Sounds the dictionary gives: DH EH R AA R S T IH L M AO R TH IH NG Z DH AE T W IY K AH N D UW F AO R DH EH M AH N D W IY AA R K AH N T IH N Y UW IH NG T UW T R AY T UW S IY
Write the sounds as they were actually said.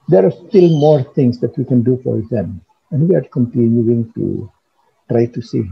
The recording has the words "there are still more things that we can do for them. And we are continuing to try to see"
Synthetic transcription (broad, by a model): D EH R AA R S T IH L M AO R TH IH NG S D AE T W IY K AH N D UW F AO R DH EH M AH N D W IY AA R K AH N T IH N Y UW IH NG T UW T R AY T UW S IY